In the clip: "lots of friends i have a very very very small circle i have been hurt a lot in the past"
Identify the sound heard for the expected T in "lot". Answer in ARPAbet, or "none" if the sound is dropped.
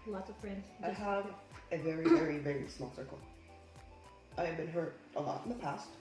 T